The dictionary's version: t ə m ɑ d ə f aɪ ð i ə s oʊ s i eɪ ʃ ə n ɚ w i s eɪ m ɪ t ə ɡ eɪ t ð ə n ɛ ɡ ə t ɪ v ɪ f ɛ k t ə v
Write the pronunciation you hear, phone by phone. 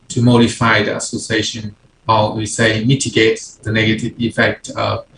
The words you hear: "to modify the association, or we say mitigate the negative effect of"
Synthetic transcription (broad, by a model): t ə m ɑ d ə f aɪ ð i ə s oʊ s i eɪ ʃ ə n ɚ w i s eɪ m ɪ t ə ɡ eɪ t ð ə n ɛ ɡ ə t ɪ v ɪ f ɛ k t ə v